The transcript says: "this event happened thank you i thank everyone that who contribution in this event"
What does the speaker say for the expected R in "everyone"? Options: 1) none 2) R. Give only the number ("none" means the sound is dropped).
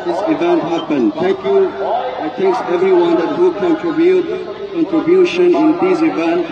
2